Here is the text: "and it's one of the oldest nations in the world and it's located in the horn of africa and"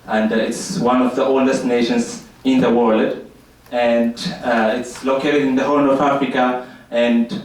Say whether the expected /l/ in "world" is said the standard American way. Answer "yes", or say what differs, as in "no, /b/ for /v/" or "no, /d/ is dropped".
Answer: yes